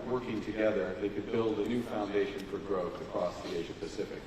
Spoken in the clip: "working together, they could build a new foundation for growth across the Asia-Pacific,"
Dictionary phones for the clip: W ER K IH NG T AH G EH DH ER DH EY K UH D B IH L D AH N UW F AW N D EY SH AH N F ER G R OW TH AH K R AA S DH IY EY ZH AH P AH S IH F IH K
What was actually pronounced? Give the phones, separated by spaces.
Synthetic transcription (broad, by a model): W ER K IH NG T AH G EH DH ER DH EY K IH D B IH L D AH N UW F AW N D EY SH AH N F ER G R OW TH AH K R AA S DH IY EY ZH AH P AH S IH F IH K